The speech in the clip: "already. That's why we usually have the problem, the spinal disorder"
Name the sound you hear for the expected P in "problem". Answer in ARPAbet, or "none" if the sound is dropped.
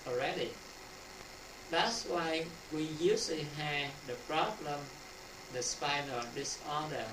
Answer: P